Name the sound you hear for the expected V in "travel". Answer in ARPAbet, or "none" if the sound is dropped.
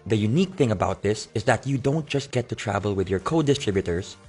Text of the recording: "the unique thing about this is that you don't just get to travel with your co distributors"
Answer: V